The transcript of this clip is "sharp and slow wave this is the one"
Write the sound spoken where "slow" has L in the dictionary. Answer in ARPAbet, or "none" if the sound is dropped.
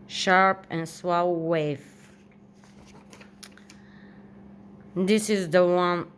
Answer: W